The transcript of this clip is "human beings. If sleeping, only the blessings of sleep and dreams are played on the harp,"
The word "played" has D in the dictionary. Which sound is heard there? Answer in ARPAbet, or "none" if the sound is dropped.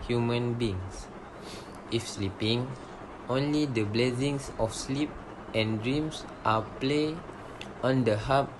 none